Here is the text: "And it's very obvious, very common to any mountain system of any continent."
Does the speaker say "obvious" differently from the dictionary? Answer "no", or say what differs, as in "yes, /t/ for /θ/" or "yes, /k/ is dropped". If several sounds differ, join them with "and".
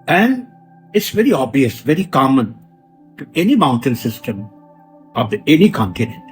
yes, /v/ is dropped